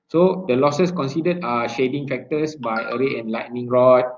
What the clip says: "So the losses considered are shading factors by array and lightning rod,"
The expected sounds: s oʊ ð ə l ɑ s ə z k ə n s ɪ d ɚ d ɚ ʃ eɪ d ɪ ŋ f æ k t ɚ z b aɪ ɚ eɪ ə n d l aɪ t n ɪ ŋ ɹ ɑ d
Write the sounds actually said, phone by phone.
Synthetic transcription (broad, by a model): s oʊ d ə l ɑ s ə s k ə n s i d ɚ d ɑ ʃ eɪ d ɪ ŋ f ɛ k t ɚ s b aɪ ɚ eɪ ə n l aɪ t n ɪ ŋ ɹ ɑ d